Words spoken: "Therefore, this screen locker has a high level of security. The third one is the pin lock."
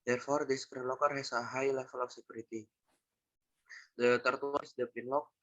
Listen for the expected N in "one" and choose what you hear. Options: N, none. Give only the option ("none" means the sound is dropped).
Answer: none